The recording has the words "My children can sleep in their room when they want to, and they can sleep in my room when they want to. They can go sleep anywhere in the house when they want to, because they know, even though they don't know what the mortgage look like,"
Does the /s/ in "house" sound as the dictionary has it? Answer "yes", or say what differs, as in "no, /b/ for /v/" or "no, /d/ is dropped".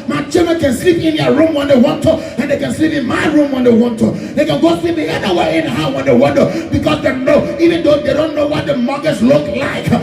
no, /s/ is dropped